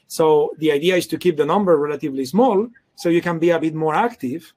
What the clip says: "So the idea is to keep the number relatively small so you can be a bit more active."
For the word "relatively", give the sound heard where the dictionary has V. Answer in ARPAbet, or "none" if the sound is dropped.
V